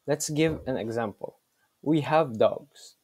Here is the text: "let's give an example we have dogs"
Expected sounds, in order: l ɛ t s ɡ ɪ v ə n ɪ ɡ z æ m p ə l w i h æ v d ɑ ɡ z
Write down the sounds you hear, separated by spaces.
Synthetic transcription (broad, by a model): l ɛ t s ɡ ɪ v ə n ɪ ɡ z æ m p ə l w i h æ v d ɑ ɡ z